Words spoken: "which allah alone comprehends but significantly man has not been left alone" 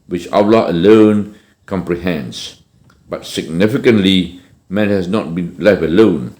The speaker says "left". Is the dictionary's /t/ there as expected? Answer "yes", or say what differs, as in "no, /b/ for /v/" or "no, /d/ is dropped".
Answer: no, /t/ is dropped